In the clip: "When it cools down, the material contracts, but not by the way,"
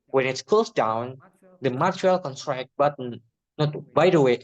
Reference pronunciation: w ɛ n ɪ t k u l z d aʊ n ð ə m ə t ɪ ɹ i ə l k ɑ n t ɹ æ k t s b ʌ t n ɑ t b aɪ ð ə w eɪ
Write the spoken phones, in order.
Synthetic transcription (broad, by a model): w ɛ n ɪ t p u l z d aʊ n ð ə m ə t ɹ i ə l k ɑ n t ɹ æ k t b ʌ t n ɑ t b aɪ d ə w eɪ